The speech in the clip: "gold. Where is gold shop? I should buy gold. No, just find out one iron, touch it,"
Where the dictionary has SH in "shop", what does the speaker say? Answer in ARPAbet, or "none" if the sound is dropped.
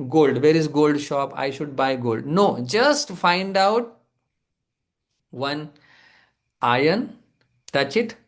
SH